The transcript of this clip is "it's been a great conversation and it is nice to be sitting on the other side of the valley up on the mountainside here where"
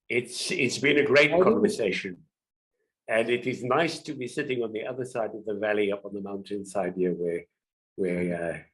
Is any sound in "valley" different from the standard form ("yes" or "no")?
no